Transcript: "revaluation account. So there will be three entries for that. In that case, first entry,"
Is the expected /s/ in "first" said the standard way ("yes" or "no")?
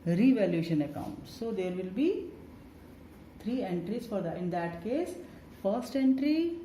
yes